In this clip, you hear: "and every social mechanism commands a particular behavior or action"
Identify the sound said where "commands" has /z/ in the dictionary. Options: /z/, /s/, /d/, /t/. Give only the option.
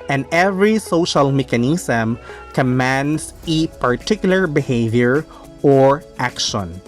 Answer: /s/